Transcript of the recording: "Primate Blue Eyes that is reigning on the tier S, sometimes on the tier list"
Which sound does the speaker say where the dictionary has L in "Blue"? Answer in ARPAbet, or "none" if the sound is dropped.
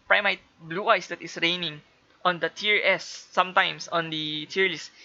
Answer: L